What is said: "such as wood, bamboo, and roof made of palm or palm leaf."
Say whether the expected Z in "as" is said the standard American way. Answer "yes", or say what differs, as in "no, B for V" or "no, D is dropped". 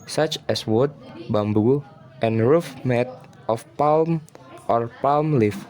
no, S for Z